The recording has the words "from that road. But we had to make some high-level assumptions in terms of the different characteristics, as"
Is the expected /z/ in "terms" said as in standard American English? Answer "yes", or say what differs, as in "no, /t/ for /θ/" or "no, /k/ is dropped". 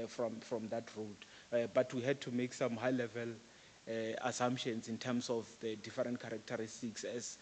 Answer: no, /s/ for /z/